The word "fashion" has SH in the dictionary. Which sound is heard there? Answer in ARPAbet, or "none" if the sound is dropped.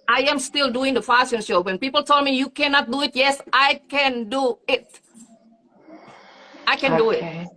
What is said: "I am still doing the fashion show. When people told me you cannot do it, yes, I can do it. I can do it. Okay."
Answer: S